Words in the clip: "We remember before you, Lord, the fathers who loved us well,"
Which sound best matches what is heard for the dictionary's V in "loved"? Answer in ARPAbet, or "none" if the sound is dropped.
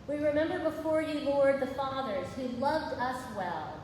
V